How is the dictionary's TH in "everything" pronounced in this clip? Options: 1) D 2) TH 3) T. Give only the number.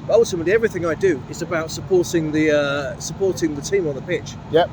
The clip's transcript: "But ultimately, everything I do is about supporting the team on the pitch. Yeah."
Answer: 2